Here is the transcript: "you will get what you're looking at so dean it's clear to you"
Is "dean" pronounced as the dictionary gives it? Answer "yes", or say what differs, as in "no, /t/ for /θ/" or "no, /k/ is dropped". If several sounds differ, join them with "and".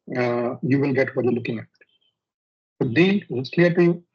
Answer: no, /l/ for /n/